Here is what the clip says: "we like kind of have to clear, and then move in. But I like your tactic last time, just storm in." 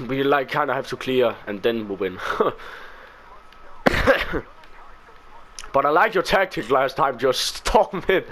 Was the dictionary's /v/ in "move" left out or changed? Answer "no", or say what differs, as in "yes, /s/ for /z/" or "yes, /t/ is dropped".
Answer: yes, /w/ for /v/